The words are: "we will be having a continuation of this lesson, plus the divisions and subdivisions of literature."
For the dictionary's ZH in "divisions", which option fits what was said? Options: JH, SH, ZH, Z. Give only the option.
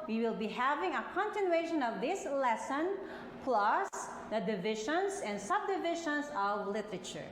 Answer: SH